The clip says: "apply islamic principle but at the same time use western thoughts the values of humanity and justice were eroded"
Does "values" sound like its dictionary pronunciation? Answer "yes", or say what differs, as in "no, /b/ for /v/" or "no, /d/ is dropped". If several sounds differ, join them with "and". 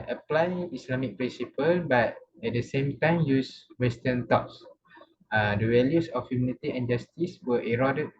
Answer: no, /w/ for /v/ and /s/ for /z/